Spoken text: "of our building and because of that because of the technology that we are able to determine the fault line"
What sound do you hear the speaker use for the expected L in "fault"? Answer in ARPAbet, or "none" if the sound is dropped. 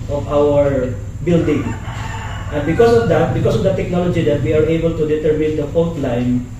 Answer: N